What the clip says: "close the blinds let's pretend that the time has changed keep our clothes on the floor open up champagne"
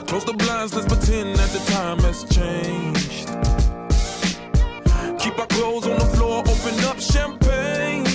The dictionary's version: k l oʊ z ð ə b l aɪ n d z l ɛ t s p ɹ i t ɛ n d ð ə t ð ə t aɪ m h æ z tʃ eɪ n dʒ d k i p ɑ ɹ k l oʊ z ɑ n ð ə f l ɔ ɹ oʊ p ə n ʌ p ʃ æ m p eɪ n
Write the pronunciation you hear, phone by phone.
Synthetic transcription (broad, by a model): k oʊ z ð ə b l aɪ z n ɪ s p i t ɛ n ð ə t ð ə t aɪ m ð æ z tʃ eɪ n dʒ d k i p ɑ k l oʊ z n ð ə f l ɔ ɹ oʊ p ə n ʌ p ʃ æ m p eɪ n